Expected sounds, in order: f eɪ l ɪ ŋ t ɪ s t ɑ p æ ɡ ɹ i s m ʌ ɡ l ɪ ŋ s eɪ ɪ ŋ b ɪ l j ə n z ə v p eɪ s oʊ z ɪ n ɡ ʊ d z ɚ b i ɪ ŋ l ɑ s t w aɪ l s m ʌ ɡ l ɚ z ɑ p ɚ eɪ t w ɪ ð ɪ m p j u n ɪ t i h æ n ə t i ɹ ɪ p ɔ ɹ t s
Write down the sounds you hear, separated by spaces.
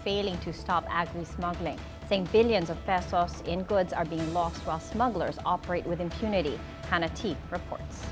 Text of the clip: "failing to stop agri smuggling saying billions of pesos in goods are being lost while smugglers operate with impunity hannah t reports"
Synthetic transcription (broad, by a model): f eɪ l ɪ ŋ t ɪ s t ɑ p æ ɡ ɹ i s m ʌ ɡ l ɪ ŋ s eɪ ɪ ŋ b ɪ l j ə n z ə v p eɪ s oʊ s ɪ n ɡ ʊ d z ɚ b i ɪ ŋ l ɑ s t w aɪ l s m ʌ ɡ l ɚ z ɑ p ɚ eɪ t w ɪ ð ɪ m p j u n ɪ t i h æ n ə t i ɹ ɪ p ɔ ɹ t s